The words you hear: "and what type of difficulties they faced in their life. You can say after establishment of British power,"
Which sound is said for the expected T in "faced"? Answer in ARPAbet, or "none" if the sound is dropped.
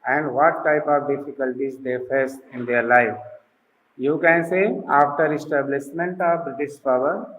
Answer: none